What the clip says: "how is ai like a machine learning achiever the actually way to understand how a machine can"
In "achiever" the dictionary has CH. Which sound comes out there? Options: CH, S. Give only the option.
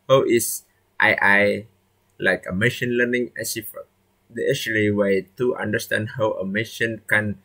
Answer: S